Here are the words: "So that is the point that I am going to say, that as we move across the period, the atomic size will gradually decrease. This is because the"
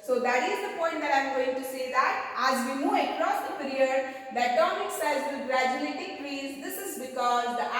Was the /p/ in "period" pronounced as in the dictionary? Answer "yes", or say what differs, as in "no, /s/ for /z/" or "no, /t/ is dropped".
yes